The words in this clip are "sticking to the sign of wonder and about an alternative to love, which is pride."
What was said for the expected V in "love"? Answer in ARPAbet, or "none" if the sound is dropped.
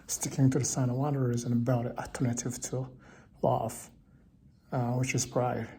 F